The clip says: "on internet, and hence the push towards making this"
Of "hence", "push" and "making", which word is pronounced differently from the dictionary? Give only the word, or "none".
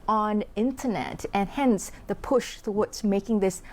none